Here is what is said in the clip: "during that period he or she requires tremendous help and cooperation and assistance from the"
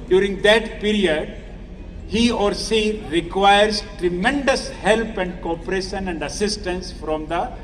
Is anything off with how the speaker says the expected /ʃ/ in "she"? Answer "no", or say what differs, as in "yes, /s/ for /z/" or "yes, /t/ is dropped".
yes, /s/ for /ʃ/